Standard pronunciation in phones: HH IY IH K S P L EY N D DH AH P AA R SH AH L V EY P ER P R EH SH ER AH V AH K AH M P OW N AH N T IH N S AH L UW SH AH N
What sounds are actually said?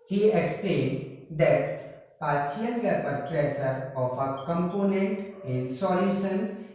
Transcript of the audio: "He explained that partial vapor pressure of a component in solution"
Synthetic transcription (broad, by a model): HH IY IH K S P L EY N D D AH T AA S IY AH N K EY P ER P R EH S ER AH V AH K AH M P OW N AH N T IH N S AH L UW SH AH N